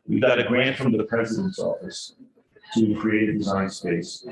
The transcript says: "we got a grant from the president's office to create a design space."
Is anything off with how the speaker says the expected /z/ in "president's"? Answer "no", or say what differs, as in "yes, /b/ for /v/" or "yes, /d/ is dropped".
no